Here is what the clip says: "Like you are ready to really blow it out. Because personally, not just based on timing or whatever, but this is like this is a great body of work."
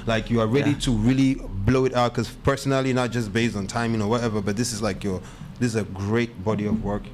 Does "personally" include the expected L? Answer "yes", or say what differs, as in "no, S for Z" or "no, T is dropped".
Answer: yes